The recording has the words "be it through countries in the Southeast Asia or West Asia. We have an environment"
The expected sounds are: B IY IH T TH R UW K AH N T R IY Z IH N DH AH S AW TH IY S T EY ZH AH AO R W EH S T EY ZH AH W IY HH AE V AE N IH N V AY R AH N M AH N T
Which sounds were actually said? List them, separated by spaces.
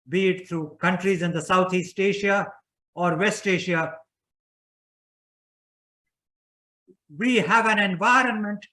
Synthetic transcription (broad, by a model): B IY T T R UW K AH N T R IY Z IH N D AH S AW T IY S T EY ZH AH AO R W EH S T EY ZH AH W IY HH AE V AE N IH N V AY R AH N M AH N T